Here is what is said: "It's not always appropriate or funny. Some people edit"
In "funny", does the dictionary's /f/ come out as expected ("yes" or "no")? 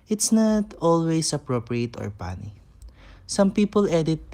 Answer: no